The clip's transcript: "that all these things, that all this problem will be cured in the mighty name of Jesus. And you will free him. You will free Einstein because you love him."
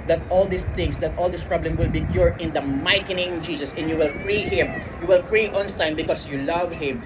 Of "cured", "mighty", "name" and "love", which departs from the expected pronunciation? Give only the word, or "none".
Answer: cured